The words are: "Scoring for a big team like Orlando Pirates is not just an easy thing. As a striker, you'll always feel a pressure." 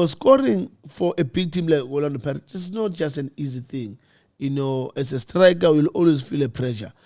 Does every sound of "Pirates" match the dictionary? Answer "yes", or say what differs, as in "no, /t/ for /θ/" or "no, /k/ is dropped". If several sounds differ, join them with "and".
no, /s/ is dropped